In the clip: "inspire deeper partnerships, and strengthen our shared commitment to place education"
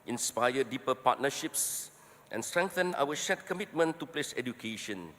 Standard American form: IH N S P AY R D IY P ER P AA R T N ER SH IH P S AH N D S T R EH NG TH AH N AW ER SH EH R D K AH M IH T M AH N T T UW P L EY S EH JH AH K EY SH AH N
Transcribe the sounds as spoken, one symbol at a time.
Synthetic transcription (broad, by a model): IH N S P AY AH D IY P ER P AA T N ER SH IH P S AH N S T R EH NG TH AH N AW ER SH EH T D K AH M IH T M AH N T T UW P L EY S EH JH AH K EY SH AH N